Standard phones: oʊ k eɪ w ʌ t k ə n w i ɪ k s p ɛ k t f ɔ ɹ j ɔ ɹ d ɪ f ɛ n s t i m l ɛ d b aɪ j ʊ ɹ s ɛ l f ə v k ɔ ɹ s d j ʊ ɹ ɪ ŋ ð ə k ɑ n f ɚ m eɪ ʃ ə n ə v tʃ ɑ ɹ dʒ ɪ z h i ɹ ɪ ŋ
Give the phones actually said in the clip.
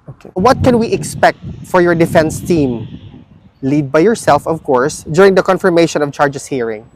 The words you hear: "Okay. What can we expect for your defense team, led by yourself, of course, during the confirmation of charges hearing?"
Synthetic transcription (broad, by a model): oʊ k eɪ w ʌ t k ə n w i ɪ k s p ɛ k t f ɔ ɹ j ɔ ɹ d ɪ f ɛ n s t i m l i d b aɪ j ʊ ɹ s ɛ l f ə v k ɔ ɹ s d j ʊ ɹ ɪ ŋ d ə k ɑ n f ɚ m eɪ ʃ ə n ə v tʃ ɑ ɹ dʒ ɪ s h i ɹ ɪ ŋ